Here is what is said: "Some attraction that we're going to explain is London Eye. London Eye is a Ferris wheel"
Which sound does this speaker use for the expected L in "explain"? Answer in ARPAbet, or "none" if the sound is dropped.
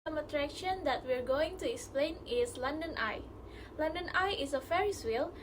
L